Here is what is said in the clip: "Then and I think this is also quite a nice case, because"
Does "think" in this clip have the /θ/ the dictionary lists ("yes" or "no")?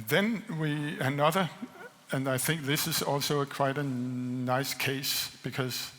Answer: yes